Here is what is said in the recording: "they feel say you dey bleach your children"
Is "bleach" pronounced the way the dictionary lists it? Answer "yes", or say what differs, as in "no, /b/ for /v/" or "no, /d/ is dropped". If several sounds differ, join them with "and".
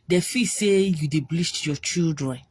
no, /s/ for /tʃ/